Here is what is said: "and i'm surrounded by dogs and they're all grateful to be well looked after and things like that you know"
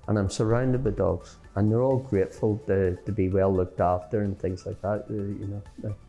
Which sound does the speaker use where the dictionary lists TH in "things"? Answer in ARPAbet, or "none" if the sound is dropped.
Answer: TH